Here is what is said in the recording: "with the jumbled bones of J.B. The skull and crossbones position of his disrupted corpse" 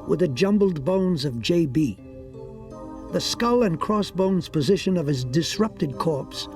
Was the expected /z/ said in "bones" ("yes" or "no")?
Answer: yes